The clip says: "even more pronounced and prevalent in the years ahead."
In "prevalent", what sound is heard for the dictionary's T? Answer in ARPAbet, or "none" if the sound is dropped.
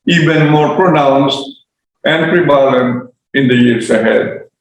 none